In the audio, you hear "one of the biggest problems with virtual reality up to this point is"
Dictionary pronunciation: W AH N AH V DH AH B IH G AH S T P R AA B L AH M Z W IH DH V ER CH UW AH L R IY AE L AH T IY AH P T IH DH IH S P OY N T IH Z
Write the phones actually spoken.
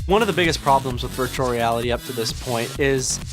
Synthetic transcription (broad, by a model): W AH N AH V DH AH B IH G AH S P R AA B L AH M Z W IH DH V ER CH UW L R IY AE L AH T IY AH P T IH DH IH S P OY N T IH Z